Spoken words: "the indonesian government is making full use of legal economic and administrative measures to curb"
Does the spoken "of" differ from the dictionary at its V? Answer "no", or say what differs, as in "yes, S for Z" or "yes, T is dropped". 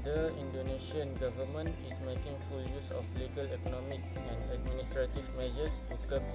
yes, F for V